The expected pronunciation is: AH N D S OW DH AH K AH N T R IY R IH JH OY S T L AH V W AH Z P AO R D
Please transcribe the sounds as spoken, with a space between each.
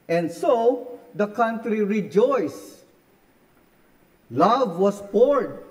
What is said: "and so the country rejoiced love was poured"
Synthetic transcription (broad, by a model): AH N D S OW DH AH K AH N T R IY R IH JH OY S L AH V W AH S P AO R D